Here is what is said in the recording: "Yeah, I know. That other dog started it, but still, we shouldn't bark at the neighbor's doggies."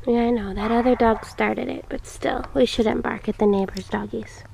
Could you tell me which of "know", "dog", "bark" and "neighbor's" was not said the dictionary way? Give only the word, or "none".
none